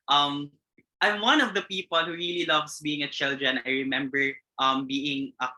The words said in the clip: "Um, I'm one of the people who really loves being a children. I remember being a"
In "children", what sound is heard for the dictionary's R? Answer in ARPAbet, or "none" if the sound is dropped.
R